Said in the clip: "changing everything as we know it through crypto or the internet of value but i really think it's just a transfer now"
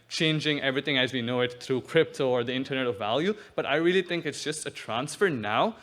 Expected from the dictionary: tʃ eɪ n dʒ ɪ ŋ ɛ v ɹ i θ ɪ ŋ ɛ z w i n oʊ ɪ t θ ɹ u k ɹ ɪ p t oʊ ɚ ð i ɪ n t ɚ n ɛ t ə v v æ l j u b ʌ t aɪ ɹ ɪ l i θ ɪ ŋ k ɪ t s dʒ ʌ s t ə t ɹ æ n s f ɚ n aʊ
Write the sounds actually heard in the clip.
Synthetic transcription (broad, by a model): tʃ eɪ n dʒ ɪ ŋ ɛ v ɹ i θ ɪ ŋ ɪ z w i n oʊ ɪ t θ ɹ u k ɹ ɪ p t oʊ ɚ ð i ɪ n t ɚ n ɛ t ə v v æ l j u b ʌ t aɪ ɹ ɪ l i θ ɪ ŋ k ɪ t s dʒ ʌ s t ə t ɹ æ n s f ɚ n aʊ